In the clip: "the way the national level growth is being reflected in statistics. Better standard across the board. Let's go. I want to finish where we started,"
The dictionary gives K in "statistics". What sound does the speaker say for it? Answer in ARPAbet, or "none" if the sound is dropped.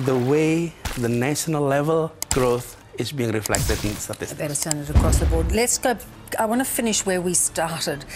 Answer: none